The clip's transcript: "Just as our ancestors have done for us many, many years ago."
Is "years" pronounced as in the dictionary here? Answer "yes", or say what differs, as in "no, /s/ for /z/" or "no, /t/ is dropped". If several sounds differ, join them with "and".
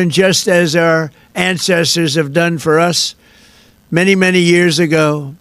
yes